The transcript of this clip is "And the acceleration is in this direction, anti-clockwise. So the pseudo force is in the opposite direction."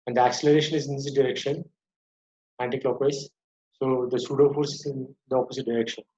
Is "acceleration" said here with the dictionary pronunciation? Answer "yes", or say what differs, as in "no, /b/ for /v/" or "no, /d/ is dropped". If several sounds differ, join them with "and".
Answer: yes